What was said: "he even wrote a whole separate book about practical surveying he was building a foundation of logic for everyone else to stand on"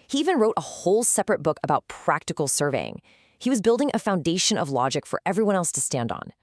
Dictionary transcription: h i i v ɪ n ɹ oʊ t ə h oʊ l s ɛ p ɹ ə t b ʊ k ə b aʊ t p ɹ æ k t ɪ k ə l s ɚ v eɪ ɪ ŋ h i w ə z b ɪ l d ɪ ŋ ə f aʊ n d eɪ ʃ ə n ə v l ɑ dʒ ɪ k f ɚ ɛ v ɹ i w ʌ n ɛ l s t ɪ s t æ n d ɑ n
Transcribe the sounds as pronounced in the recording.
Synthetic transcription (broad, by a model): h i i v ɪ n ɹ oʊ t ə h oʊ l s ɛ p ɹ ə t b ʊ k ə b aʊ t p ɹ æ k t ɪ k l s ɚ v eɪ ɪ ŋ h i w ə z b ɪ l d ɪ ŋ ə f aʊ n d eɪ ʃ ə n ə v l ɑ dʒ ɪ k f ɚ ɛ v ɹ i w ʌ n ɛ l s t ɪ s t æ n d n